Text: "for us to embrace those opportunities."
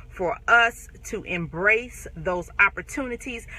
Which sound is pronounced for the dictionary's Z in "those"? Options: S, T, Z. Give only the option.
Z